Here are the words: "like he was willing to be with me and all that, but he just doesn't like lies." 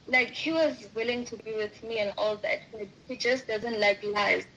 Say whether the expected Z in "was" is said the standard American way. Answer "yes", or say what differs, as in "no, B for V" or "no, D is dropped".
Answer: yes